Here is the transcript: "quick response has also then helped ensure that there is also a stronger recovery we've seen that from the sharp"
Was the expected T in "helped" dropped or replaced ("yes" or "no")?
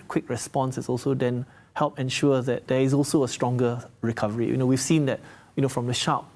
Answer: yes